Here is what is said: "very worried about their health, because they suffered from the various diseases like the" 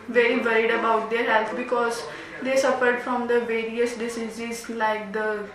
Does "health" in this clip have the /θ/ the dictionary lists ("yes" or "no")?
no